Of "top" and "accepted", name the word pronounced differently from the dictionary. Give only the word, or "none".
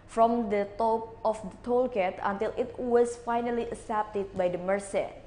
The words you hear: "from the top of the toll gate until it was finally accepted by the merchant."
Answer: accepted